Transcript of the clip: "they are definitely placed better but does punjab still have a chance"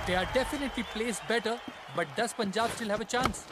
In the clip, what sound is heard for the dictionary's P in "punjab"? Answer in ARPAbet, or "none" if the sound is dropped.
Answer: P